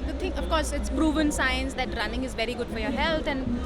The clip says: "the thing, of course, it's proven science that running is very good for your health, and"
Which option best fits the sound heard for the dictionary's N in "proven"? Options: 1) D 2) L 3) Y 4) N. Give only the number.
4